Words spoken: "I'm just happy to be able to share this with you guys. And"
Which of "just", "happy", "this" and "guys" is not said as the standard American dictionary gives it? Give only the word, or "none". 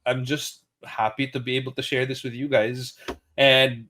none